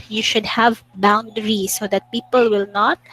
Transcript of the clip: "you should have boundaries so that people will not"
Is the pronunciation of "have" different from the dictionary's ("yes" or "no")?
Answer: no